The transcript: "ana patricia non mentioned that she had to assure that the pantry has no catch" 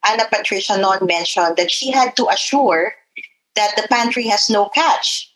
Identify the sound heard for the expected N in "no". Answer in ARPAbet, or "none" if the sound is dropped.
N